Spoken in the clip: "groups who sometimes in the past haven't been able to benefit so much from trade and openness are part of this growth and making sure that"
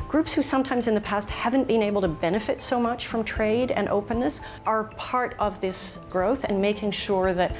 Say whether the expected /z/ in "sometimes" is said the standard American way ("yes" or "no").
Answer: yes